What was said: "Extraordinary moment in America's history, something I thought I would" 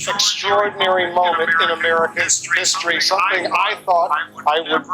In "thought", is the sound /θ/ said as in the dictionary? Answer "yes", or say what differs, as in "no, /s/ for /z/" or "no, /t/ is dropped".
yes